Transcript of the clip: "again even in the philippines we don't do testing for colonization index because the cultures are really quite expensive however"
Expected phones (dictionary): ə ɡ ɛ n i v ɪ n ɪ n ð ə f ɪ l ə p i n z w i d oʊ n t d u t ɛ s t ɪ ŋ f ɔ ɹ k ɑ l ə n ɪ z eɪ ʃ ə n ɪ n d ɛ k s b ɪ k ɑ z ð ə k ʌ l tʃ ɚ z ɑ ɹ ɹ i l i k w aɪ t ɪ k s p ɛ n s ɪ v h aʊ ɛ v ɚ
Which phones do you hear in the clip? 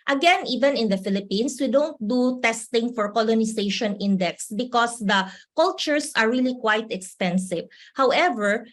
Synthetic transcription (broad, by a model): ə ɡ ɛ n i v ɪ n ɪ n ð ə f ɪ l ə p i n s w i d oʊ n t d u t ɛ s t ɪ ŋ f ɔ ɹ k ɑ l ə n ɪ s eɪ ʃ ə n ɪ n d ɛ k s b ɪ k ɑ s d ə k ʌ l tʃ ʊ s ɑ ɹ ɹ i l i k w aɪ t ɪ k s p ɛ n s ɪ v h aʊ ɛ v ɚ